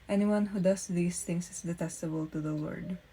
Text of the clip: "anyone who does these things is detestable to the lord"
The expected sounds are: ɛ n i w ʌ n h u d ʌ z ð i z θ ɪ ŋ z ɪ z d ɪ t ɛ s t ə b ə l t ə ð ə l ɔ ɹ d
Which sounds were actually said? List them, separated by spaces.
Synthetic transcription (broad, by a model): ɛ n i w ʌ n h u d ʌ s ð i s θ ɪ ŋ s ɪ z d ɪ t ɛ s t ə b ə l t ə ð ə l ɔ ɹ d